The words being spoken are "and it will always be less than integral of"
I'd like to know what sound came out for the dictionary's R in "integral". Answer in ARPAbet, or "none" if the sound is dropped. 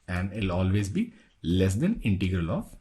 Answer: R